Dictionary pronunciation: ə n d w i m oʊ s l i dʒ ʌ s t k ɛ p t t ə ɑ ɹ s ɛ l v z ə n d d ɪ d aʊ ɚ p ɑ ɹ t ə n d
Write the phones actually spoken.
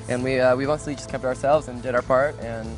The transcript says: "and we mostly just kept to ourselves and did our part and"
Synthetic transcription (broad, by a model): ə n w w i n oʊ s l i dʒ ʌ s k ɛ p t t ə ɑ ɹ s ɛ l v z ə n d d ɪ d aʊ ɚ p ɑ ɹ t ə n